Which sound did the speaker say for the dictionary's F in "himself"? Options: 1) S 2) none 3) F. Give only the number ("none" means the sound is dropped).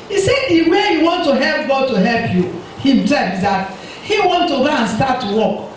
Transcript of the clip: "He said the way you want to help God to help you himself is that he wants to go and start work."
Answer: 2